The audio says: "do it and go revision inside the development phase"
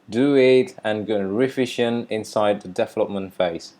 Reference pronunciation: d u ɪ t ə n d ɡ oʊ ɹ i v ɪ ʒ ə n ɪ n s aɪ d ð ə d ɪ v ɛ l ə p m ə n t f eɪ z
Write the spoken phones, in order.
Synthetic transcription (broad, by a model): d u ɪ t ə n ɡ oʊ ɹ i f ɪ ʃ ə n ɪ n s aɪ d ð ə d ɪ v ɛ l ə p m ə n t f eɪ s